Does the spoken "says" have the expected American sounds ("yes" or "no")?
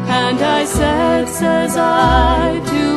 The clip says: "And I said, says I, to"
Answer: yes